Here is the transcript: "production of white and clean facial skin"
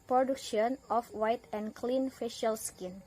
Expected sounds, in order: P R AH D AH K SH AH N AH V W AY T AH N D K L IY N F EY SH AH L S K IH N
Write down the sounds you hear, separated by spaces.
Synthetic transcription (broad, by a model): P R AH D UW K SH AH N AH F W AY T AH N K L IY N F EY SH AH L S K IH N